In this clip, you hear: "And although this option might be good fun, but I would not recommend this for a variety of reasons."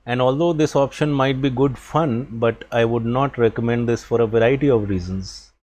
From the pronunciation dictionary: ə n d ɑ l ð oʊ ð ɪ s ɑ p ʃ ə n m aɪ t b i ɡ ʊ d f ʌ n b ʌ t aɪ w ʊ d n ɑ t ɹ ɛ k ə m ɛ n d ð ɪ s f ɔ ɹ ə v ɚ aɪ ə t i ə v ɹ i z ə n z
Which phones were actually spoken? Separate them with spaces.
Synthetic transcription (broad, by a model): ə n d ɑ l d oʊ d ɪ s ɑ p ʃ ə n m aɪ t b i ɡ ʊ d f ʌ n b ʌ t aɪ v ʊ d n ɑ t ɹ ɛ k ə m ɛ n d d ɪ s f ɔ ɹ ə v ɚ aɪ ə t i ə v ɹ i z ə n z